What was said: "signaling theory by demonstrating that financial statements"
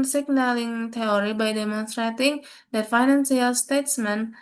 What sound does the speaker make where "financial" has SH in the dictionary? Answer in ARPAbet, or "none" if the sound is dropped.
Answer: S